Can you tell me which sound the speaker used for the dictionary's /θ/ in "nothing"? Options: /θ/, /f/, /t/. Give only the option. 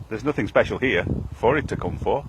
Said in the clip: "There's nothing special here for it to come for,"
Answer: /θ/